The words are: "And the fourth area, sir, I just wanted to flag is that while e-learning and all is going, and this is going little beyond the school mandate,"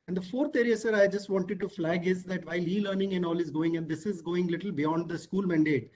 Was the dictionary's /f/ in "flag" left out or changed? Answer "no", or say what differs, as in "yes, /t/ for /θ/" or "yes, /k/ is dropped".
no